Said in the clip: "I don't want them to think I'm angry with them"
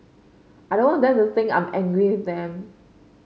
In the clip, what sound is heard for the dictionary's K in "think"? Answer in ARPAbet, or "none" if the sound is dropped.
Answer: none